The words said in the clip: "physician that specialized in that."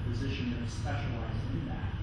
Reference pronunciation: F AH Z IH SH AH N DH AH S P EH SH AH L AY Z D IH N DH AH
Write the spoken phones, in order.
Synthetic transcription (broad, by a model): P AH Z IH SH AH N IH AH S P EH SH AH L AY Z IH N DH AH